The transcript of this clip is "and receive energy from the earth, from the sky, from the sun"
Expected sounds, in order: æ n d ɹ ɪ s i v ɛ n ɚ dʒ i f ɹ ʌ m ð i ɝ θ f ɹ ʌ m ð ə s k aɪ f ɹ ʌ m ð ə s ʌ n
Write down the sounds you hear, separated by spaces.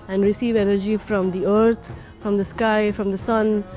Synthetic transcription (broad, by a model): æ n d ɹ ɪ s i v ɛ n ɚ dʒ i f ɹ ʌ m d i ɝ t f ɹ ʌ m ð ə s k aɪ f ɹ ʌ m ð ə s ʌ n